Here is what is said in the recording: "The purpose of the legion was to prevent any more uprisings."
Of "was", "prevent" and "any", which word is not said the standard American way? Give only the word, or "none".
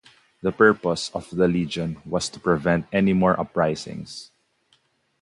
was